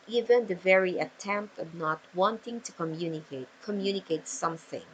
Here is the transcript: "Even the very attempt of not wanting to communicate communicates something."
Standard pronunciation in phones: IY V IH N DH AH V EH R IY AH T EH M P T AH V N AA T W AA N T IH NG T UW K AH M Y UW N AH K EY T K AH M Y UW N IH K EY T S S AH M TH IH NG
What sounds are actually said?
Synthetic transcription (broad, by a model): IY V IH N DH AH V EH R IY AH T EH M P T AH V N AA T W AA N T IH NG T UW K AH M Y UW N AH K EY T K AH M Y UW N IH K EY T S S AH M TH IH NG